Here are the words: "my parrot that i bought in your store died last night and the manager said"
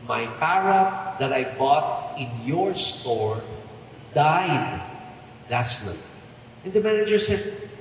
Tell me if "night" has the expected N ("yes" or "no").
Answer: no